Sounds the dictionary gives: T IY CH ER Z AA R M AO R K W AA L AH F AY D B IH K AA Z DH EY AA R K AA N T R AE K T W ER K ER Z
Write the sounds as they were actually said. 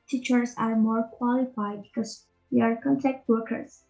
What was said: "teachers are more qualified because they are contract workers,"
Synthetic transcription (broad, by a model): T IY CH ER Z AA R M AO R K W AA L AH F AY D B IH K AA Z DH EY AA R K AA N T AE K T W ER K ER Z